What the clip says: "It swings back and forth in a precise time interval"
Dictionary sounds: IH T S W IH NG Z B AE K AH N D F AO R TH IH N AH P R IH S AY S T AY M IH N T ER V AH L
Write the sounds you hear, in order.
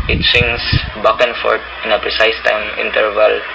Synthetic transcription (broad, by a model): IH T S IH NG S B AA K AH N F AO R T IH N AH P R IH S AY S T AY M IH N T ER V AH L